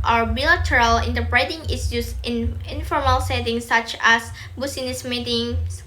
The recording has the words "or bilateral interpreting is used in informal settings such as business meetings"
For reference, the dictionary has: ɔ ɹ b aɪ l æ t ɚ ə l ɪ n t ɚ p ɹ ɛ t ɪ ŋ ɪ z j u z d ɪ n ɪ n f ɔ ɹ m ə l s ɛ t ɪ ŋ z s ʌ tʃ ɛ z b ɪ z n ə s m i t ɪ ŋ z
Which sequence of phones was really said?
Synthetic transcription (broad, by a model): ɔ ɹ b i l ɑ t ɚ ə l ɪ n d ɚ b ɹ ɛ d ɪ ŋ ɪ s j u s ɪ n ɪ n f ɔ ɹ m ə l s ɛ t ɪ ŋ s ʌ tʃ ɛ s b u s n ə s m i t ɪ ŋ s